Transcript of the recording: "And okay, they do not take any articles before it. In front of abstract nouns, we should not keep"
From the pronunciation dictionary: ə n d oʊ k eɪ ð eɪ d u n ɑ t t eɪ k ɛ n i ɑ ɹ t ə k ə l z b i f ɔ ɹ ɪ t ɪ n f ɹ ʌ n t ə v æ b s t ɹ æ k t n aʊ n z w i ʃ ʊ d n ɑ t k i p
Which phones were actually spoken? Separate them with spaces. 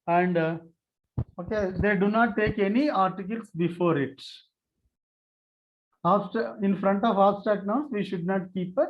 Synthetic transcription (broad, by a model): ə n d oʊ k eɪ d eɪ d u n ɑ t t eɪ k ɛ n i ɑ ɹ t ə k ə l s b i f ɔ ɹ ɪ t ɪ n f ɹ ʌ n t ə v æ s t æ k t n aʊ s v i ʃ ʊ d n ɑ t k i p